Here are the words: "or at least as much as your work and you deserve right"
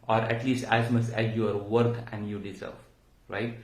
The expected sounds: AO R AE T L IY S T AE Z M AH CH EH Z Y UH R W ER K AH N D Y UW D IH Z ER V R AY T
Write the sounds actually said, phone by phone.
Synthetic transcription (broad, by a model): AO R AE T L IY S T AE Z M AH S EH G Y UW R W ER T AH N D Y UW D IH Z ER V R AY T